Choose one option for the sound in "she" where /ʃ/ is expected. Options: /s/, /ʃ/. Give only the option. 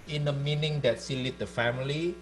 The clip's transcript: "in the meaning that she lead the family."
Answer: /s/